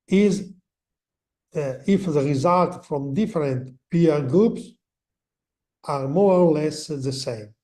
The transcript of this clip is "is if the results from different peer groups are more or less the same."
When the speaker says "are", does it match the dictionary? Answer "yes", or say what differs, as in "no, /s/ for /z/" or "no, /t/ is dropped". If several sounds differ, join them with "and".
yes